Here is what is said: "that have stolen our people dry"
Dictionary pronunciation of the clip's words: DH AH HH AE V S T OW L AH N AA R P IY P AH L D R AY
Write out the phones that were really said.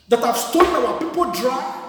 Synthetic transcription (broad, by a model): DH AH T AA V S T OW N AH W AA P IY P AH L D R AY